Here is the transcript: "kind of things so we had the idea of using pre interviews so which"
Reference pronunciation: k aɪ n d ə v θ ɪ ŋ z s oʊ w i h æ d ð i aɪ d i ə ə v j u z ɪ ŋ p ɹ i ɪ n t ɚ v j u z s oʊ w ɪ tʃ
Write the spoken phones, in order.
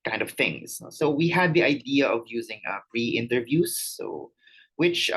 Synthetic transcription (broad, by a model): k aɪ n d ə v θ ɪ ŋ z s oʊ w i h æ d ð i aɪ d i ə ə v j u z ɪ ŋ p ɹ i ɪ n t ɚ v j u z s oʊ w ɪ tʃ